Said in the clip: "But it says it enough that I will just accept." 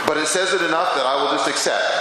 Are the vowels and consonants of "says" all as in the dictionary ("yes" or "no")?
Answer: yes